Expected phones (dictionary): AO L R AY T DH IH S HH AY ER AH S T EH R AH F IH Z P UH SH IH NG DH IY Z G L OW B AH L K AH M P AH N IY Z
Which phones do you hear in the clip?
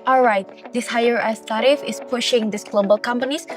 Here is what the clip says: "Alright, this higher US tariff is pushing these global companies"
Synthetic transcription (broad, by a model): AO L R AY T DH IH S HH AY ER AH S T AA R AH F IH S P UH SH IH NG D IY S G L OW B AH L K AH M P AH N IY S